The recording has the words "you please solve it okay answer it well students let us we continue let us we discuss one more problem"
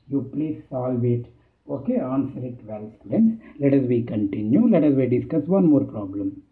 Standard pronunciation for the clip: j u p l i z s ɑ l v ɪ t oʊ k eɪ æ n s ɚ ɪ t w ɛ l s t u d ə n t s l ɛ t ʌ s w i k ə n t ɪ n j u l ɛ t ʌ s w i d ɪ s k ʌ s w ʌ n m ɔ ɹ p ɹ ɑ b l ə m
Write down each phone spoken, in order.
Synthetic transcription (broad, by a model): j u p l i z s ɑ l v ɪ t oʊ k eɪ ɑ n s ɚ ɪ t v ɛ l s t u d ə n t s l ɛ t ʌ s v i k ə n t ɪ n j u l ɛ t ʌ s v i d ɪ s k ʌ s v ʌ n m ɔ ɹ p ɹ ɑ b l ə m